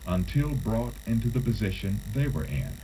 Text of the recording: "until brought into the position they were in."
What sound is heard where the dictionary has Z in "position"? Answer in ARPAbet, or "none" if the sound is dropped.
Z